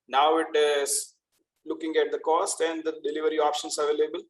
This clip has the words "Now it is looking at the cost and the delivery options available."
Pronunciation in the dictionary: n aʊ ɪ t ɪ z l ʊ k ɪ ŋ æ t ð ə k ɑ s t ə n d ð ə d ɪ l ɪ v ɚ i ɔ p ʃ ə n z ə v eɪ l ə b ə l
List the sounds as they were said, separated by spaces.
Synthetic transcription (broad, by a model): n aʊ ɪ t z l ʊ k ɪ ŋ æ t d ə k ɑ s t ə n d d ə d ɪ l ɪ v ɚ i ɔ p ʃ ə n s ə v eɪ l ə b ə l